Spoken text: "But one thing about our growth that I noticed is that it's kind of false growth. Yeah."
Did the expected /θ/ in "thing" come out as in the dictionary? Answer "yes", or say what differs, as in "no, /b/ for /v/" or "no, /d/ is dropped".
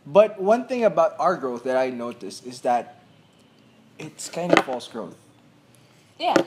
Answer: yes